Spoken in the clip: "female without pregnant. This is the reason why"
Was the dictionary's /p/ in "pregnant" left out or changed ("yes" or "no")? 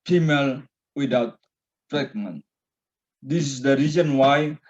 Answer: yes